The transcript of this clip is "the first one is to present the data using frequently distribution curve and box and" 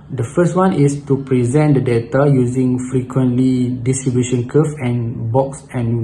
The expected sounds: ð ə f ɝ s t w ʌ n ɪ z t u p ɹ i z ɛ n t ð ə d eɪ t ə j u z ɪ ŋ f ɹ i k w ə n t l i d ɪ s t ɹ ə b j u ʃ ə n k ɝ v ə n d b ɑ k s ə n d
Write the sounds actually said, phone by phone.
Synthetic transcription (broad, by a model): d ə f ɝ s t w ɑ n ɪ s t u p ɹ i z ɛ n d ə d eɪ t ə j u z ɪ ŋ f ɹ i k w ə n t l i d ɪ s t ɹ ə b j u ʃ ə n k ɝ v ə n b ɑ k s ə n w